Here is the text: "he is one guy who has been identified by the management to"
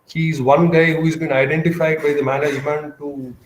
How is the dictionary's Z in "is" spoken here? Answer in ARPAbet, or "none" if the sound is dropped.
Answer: Z